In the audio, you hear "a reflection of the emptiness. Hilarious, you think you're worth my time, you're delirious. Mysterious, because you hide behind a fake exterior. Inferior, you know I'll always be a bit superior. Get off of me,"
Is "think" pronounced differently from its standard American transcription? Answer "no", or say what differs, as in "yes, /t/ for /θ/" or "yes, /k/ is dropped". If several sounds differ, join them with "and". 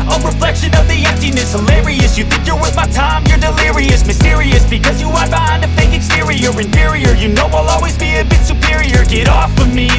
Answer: no